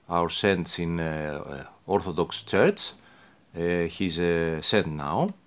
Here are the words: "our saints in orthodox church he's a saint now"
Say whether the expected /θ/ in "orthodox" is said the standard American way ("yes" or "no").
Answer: yes